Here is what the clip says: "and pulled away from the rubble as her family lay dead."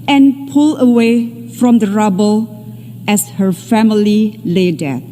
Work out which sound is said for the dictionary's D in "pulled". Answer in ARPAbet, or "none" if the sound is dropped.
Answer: none